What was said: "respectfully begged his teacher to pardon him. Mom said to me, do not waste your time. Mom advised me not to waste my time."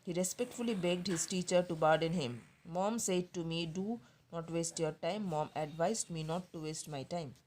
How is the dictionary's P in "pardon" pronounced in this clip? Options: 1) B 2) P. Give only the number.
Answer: 1